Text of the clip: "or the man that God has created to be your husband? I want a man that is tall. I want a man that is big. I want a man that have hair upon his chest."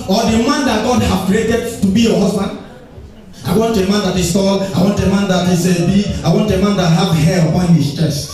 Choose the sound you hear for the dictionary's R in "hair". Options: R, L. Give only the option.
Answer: L